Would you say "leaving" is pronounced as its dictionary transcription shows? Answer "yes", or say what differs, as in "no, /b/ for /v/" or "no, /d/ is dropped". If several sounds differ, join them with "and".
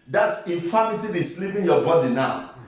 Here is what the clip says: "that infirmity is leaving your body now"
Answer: no, /p/ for /v/